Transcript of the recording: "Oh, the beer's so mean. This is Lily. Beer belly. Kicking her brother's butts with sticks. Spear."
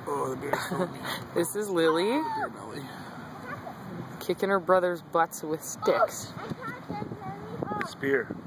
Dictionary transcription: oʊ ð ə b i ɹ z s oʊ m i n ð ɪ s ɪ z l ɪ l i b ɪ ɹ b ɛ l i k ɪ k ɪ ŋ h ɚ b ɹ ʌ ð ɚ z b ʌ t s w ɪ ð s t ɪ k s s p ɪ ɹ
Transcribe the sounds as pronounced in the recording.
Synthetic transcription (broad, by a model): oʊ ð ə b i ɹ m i ð ɪ s ɪ z l ɪ l i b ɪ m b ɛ l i k ɪ k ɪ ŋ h ɚ b ɹ ʌ ð ɚ z b ʌ t s w ɪ ð s t ɪ k s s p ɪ ɹ